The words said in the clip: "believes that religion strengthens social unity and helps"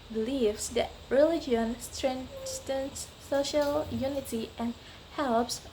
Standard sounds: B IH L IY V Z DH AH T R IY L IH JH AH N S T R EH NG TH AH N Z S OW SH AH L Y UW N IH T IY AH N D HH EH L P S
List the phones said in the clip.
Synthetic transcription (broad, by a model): B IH L IY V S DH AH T R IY L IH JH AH N S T R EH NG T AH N S OW SH AH L Y UW N IH T IY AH N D HH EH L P S